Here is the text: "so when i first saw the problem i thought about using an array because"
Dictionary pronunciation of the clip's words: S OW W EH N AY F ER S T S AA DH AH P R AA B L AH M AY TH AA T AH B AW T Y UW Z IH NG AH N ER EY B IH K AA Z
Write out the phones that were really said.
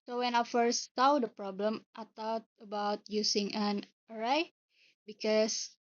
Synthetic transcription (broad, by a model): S OW W EH N AY F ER S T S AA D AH P R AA B L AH M AY T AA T AH B AW T Y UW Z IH NG AH N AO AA B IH K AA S